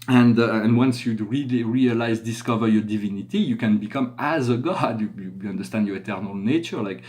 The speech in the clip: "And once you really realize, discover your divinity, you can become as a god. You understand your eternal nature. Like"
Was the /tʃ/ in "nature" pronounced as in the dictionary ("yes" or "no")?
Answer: yes